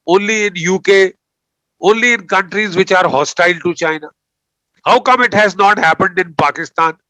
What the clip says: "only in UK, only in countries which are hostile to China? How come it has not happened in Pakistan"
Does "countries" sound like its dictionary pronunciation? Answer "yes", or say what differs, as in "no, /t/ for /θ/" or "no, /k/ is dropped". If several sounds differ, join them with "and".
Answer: yes